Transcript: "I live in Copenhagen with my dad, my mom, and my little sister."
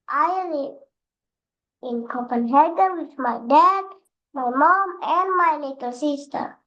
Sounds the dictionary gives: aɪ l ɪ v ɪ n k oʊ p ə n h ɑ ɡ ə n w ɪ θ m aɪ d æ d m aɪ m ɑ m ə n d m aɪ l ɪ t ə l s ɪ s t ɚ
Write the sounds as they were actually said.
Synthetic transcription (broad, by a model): aɪ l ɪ ɪ n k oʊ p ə n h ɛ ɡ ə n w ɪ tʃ m aɪ d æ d m aɪ m ɑ m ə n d m aɪ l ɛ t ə l s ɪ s t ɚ